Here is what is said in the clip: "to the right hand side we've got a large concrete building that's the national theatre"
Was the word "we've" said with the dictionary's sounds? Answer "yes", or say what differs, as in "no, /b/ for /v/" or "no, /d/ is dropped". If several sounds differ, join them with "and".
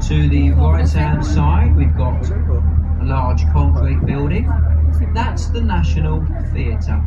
yes